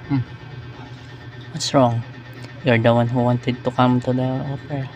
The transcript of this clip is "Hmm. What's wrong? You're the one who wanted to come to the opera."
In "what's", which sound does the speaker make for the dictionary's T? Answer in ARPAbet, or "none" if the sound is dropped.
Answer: T